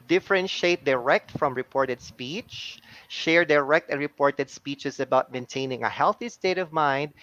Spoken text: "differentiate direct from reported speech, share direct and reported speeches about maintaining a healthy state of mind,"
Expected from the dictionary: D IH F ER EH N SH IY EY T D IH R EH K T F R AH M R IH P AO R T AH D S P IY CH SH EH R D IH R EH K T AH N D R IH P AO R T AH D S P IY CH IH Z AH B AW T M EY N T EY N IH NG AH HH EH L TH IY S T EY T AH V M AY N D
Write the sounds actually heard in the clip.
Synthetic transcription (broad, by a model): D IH F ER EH N SH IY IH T D IH R EH K T F R AH M R IH P AO R T AH D S P IY CH SH EH R D IH R EH K T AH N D R IH P AO R T AH D S P IY CH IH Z AH B AW T M EY N T EY N IH NG AH HH EH L TH IY S T EY T AH V M AY N D